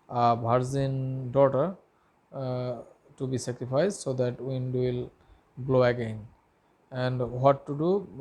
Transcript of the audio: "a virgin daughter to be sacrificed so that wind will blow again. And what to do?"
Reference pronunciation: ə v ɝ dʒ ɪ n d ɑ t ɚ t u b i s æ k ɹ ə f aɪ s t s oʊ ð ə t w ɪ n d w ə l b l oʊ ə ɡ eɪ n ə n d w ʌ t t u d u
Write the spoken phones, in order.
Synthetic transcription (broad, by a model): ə b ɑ z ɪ n d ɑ t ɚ t u b i s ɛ k ɹ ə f aɪ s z s oʊ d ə t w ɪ n d w ə l b l oʊ ə ɡ eɪ n ə n d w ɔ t t u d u